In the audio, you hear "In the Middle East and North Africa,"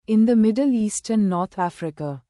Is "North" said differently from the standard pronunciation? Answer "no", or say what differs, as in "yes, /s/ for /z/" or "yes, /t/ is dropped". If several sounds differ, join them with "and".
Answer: yes, /t/ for /θ/